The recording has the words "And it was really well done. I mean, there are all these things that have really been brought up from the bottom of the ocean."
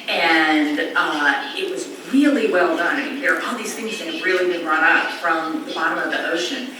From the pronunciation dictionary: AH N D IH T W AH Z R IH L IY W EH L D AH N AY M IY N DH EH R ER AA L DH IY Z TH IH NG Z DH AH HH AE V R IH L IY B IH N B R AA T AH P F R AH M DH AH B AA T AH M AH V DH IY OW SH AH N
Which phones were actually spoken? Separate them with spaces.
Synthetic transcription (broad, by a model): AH N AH IH T W AH Z R IH L IY W EH L D AH N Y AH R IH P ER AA N DH IY Z TH IH NG Z DH AH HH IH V R IH L IY B IH N B R AA T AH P F R AH M DH AH B AA T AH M AH V DH IY OW SH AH N